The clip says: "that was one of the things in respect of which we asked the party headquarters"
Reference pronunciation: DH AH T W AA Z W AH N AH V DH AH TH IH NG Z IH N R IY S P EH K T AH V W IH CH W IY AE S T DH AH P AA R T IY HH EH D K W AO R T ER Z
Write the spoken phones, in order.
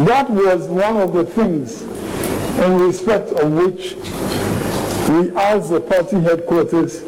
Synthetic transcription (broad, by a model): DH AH T W AA Z W AH N AH V DH AH TH IH NG Z IH N R IY S P EH K T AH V W IH CH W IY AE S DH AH P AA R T IY HH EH D K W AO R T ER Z